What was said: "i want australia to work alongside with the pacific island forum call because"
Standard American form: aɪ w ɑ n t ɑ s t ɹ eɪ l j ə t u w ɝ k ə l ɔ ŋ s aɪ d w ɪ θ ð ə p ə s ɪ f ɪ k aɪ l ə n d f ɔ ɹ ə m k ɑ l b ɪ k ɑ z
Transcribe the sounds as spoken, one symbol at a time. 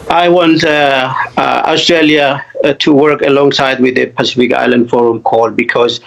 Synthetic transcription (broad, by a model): aɪ w ɑ n t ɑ s t ɹ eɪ l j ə t u w ɝ k ə l ɔ ŋ s aɪ d w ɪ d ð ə p ə s ɪ f ɪ k aɪ l ə n d f ɔ ɹ ə m k ɑ l b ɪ k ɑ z